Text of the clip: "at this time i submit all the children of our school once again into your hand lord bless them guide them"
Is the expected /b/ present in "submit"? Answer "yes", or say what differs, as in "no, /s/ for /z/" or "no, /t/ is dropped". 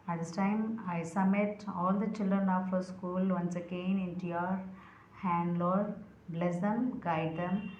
no, /b/ is dropped